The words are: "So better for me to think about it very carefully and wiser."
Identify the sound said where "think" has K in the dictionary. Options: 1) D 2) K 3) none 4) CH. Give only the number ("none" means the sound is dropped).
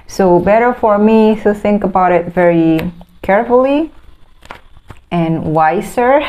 2